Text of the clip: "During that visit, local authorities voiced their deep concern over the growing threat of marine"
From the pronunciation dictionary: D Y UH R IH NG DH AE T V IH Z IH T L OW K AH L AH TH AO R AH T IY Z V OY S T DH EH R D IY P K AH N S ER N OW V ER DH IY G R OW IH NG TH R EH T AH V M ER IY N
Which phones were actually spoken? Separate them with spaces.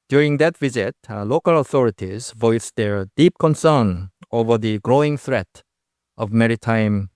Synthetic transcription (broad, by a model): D Y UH R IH NG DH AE T V IH Z IH T L OW K AH L AH TH AO R AH T IY Z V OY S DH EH R D IY P K AH N S ER N OW V ER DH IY G R OW IH NG TH R EH T AH V M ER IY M